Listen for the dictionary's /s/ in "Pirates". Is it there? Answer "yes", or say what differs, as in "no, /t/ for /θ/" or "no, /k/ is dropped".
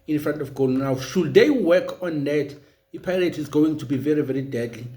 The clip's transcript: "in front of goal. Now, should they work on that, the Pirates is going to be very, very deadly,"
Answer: no, /s/ is dropped